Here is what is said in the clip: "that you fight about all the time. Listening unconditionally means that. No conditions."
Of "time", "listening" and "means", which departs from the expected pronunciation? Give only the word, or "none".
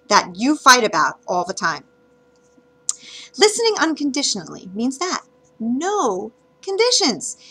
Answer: none